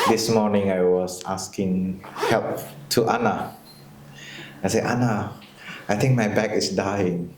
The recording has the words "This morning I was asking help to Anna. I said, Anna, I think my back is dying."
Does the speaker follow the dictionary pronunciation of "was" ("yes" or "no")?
no